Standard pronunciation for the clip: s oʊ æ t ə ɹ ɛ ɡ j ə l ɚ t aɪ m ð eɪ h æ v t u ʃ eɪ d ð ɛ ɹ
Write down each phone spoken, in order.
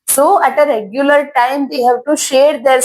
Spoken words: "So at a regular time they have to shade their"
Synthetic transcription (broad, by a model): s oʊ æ t ə ɹ ɛ ɡ j ə l ɚ t aɪ m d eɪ h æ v t u ʃ eɪ d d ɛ ɹ